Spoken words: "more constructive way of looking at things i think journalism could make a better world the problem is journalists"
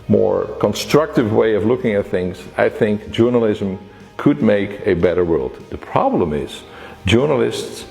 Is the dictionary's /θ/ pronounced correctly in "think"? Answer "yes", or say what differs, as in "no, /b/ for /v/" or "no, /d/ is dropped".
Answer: yes